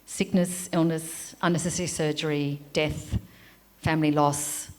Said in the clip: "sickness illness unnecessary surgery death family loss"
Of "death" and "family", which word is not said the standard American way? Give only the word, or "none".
none